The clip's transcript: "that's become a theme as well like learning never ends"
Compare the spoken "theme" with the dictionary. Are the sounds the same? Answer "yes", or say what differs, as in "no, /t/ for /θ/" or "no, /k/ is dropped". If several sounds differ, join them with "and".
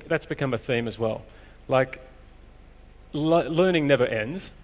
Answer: yes